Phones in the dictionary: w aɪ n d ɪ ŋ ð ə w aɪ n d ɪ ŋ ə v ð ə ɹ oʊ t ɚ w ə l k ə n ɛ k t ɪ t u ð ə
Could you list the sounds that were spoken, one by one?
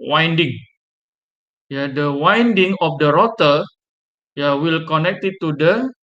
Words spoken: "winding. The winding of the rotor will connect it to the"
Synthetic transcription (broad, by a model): w aɪ n d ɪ ŋ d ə w aɪ n d ɪ ŋ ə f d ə ɹ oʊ t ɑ w ə l k ə n ɛ k t ɪ t u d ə